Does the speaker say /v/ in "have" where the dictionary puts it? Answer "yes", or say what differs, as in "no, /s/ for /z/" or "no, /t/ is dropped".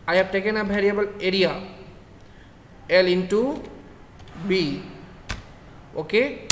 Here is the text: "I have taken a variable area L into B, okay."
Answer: no, /b/ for /v/